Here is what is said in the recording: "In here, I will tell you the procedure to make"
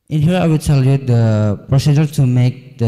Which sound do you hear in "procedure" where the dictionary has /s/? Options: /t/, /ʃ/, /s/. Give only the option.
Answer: /s/